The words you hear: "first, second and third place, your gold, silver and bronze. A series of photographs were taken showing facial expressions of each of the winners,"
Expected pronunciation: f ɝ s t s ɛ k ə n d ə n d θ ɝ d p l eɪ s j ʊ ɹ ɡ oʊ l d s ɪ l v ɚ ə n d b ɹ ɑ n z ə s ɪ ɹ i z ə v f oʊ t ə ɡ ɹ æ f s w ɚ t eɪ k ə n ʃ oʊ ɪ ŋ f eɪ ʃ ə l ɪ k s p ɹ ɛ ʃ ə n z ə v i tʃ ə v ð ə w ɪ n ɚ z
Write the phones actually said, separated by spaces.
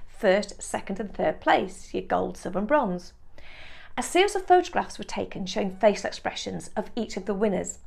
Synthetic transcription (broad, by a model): f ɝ s t s ɛ k ə n d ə n θ ɝ d p l eɪ s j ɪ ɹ ɡ oʊ l d s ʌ v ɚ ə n b ɹ ɑ n z ə s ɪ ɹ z ə v f oʊ t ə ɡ ɹ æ f s w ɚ t eɪ k ə n ʃ oʊ ɪ ŋ f eɪ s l ɪ k s p ɹ ɛ ʃ ə n z ə v i tʃ ə v ð ə w ɪ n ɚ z